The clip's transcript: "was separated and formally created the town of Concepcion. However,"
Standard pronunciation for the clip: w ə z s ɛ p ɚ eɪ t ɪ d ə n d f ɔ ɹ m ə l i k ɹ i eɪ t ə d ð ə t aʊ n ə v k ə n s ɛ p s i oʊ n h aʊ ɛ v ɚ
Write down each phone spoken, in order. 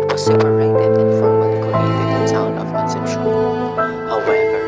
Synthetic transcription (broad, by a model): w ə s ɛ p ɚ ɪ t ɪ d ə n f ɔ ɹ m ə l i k i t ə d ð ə t aʊ n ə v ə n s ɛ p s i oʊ h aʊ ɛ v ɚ